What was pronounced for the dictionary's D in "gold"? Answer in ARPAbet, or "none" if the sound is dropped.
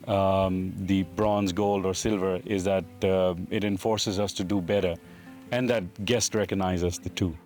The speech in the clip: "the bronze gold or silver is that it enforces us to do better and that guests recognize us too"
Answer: D